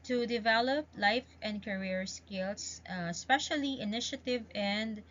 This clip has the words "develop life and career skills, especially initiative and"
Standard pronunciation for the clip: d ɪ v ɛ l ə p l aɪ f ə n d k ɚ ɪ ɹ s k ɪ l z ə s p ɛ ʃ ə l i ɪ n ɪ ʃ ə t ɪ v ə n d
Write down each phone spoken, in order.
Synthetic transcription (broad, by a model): d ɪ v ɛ l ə p l aɪ f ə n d k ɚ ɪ ɹ s k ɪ l s ə s p ɛ ʃ ə l i ɪ n ɪ ʃ ə t ɪ v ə n d